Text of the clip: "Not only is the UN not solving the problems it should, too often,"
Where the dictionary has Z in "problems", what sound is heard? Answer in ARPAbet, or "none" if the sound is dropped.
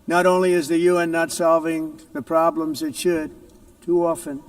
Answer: Z